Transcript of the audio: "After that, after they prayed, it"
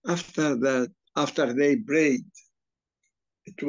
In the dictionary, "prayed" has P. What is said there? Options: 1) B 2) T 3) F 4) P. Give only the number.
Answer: 1